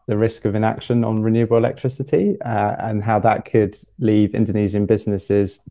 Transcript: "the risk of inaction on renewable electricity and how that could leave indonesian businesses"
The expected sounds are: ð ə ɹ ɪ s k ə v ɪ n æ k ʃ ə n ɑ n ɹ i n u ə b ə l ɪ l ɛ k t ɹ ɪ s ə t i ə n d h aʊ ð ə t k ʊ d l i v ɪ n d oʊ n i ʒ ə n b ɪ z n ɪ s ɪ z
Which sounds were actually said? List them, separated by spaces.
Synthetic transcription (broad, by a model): ð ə ɹ ɪ s k ə v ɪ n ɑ k ʃ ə n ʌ n ɹ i n u ə b ə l ɪ l ɛ k t ɹ ɪ s ə t i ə n h aʊ ð ə t k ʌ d l i v ɪ n d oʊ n i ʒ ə n b ɪ z n ɪ s ɪ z